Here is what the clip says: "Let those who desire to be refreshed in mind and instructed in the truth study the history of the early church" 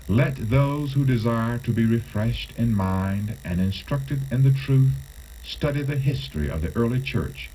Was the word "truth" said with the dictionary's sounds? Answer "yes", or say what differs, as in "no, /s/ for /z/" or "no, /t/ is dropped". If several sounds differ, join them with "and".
yes